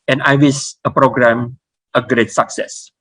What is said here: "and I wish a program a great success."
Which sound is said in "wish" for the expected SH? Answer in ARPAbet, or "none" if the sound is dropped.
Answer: S